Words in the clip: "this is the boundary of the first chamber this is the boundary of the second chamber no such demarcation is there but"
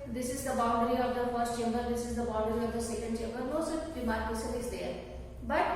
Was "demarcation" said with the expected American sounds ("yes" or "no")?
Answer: no